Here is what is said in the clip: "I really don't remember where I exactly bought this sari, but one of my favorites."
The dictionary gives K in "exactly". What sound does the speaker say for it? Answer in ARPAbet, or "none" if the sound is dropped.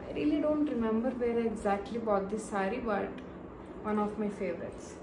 K